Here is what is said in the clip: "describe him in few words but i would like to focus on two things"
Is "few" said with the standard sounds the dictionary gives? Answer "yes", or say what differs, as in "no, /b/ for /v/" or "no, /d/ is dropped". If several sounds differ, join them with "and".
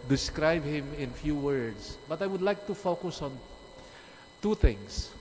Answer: yes